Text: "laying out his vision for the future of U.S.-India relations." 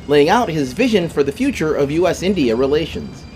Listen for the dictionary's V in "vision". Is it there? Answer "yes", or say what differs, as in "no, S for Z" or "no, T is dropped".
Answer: yes